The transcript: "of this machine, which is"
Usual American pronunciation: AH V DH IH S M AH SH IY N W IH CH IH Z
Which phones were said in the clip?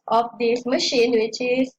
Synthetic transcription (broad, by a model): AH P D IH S M AH SH IY N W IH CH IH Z